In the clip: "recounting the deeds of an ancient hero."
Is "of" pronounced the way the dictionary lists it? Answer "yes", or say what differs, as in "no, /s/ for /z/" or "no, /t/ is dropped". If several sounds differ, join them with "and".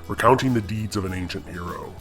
yes